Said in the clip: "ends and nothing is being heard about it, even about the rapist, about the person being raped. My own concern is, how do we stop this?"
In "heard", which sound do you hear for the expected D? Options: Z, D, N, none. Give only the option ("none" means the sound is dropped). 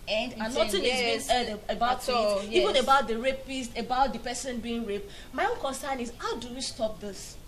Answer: none